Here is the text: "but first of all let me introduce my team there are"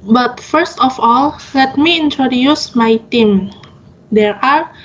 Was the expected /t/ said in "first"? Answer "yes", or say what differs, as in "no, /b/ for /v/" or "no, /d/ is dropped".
yes